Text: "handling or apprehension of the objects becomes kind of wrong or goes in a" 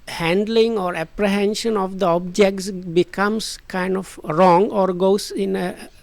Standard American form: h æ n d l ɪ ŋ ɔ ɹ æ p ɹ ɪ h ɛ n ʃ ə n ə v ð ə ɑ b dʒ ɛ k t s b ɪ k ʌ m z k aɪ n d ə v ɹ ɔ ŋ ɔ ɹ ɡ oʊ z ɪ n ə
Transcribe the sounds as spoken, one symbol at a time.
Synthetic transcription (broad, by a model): h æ n d l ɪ ŋ ɔ ɹ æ p ɹ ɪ h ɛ n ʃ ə n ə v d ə ɑ b dʒ ɛ k t s b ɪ k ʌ m s k aɪ n d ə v ɹ ɔ ŋ ɔ ɹ ɡ oʊ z ɪ n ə